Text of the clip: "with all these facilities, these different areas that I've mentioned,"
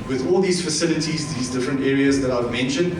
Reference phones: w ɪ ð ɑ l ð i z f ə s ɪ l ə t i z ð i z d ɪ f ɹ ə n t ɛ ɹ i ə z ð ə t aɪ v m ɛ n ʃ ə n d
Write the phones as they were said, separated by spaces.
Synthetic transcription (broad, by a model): w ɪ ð ɑ l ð i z f ə s ɪ l ə t i z ð i z d ɪ f ɹ ə n t ɛ ɹ i ə z ð ə t aɪ v m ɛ n ʃ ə n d